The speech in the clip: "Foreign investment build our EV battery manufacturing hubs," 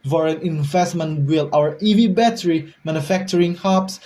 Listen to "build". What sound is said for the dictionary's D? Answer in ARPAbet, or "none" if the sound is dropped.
none